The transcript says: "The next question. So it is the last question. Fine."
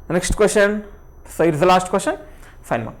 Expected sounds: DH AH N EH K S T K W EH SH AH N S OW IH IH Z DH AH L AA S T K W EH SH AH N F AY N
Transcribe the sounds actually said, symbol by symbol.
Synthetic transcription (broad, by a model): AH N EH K SH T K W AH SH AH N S IH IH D DH AH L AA SH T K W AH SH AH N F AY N